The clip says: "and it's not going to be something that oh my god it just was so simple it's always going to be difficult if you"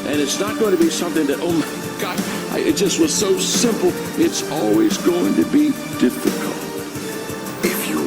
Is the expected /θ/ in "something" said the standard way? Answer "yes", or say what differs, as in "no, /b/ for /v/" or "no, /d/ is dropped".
yes